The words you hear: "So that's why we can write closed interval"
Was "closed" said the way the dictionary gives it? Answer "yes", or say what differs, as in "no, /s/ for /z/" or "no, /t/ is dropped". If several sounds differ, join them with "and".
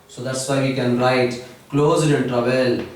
no, /d/ is dropped